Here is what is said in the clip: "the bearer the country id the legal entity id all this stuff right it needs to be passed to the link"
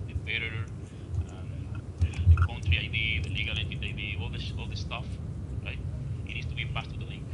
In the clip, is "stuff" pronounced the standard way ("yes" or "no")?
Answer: yes